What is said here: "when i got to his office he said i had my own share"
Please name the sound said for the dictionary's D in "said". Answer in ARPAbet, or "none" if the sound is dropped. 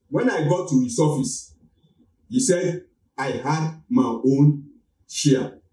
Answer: D